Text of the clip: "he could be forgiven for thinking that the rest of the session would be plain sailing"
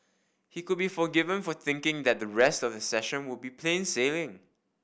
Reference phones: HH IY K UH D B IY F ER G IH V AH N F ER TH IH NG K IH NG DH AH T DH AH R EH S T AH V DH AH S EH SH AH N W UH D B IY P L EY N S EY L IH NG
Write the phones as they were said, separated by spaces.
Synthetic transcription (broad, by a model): HH IY K UH D B IY F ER G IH V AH N F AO TH IH NG K IH NG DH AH T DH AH R EH S T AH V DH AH S EH SH AH N W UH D B IY P L EY N S EY L IH NG